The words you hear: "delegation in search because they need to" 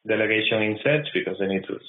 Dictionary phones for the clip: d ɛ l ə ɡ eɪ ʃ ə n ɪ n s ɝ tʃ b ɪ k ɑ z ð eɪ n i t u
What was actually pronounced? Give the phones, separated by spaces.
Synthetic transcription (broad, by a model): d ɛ l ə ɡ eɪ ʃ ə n ɪ n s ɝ s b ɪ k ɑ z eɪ n i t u